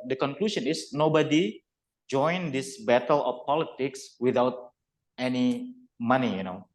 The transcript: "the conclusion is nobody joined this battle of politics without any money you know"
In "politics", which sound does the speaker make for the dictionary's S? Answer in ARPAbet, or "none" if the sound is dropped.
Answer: S